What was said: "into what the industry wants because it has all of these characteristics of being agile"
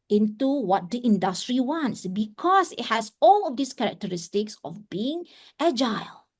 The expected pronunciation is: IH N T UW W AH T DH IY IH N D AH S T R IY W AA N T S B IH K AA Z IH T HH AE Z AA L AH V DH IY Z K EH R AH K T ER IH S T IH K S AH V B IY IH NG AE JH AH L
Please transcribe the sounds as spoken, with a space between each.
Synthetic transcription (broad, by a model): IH N T UW W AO T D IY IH N D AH S T R IY W AA N T S B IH K AA S IH T HH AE S AA L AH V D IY S K EH R AH K T ER IH S T IH K S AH F B IY IH NG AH JH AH L